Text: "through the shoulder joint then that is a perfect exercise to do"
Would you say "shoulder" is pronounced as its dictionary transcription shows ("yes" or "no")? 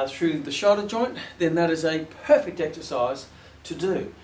no